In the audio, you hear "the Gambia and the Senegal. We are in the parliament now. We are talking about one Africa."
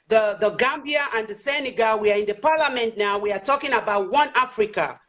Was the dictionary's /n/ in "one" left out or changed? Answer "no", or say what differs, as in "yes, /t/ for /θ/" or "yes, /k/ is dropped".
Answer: no